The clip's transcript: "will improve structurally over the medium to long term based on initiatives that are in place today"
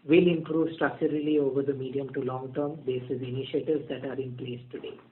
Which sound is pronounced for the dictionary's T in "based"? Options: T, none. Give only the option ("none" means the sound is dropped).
none